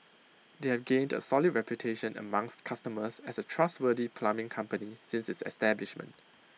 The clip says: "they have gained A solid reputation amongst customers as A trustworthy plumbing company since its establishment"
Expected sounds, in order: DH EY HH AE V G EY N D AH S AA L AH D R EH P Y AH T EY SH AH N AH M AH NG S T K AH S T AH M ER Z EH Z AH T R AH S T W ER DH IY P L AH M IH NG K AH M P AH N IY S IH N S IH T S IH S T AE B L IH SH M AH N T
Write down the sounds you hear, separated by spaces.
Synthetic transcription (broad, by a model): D EY HH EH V G EY N D AH S AA L AH D R EH P Y AH T EY SH AH N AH M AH NG S T K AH S T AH M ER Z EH S AH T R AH S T W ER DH IY P L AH M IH NG K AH M P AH N IY S IH N S IH T S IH S T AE B L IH SH M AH N T